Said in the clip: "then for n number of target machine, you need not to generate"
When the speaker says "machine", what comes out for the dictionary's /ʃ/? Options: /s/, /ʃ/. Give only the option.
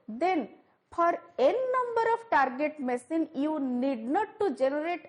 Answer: /s/